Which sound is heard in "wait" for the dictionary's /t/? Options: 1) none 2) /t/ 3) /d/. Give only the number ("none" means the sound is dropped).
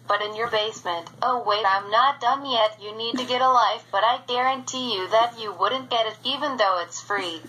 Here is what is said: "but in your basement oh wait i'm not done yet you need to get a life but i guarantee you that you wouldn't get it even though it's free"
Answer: 1